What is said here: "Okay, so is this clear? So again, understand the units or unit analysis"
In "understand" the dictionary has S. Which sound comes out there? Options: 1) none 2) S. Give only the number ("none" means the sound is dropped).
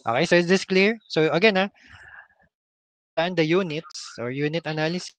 1